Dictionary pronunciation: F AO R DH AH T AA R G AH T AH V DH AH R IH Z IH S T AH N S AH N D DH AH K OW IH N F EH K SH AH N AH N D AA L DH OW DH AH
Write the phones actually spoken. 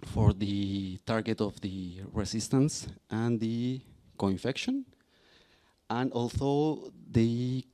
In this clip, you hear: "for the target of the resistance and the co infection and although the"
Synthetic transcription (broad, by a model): F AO R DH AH T AA R G AH T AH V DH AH R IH S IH S T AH N S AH N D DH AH K OW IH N F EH K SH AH N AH N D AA L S OW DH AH